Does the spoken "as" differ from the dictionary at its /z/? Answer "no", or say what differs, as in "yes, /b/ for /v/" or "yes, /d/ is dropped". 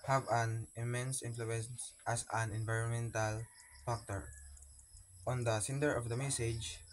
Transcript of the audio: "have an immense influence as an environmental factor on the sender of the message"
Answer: yes, /s/ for /z/